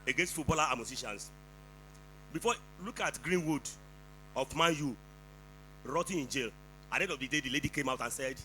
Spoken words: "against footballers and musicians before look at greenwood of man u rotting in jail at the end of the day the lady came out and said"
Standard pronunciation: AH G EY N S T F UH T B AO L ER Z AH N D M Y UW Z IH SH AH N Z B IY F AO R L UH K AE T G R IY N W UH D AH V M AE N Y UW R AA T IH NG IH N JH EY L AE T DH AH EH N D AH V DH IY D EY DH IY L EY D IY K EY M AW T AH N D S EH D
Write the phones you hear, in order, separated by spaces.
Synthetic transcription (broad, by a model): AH G EY N S T F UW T B AO L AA AH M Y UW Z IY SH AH N S B IY F AO L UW K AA T G R IY N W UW D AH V M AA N Y UW R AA T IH IH N JH EY L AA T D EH D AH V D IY D EY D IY L EY D IY K EY M AW T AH N S EH D